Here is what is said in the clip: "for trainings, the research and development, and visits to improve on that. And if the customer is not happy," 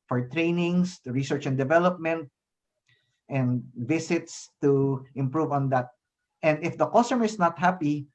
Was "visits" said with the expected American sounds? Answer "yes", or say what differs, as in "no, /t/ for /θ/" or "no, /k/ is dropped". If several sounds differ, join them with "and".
no, /s/ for /z/